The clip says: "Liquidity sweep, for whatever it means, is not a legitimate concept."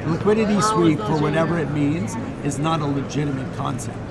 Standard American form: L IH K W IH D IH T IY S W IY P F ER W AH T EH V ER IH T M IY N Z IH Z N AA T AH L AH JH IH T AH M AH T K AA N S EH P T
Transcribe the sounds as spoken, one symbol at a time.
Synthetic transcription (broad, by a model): L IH K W IH D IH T IY S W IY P F ER W AH T EH V ER IH T M IY N Z IH Z N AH T AH L AH JH IH T AH M AH T K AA N S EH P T